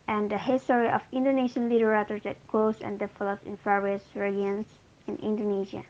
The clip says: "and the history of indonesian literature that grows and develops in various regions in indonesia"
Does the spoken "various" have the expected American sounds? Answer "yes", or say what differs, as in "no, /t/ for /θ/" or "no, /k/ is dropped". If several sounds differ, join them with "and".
no, /f/ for /v/